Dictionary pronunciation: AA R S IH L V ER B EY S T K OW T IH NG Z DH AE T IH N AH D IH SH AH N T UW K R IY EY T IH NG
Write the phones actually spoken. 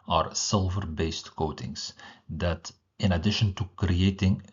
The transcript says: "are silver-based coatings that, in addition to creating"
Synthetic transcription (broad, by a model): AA R S IH L V ER B EY S T K OW T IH NG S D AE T IH N AH D IH SH AH N T UW K R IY EY T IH NG